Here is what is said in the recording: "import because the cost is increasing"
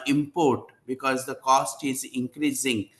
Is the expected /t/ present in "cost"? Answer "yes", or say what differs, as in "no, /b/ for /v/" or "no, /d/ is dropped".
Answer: yes